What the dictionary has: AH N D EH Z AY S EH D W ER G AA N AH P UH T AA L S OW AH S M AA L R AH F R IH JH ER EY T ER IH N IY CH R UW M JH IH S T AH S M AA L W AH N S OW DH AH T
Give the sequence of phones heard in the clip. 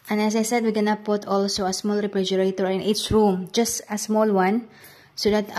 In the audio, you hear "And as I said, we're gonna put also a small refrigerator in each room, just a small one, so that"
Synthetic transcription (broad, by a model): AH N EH S AY S EH D W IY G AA N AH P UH T AA L S OW AH S M AA L R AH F R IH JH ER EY T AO IH N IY S R UW M JH IH S T AH S M AA L W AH N S OW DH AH T